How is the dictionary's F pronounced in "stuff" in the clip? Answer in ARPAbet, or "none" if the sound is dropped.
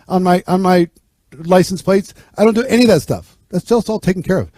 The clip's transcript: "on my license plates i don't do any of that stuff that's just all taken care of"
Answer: F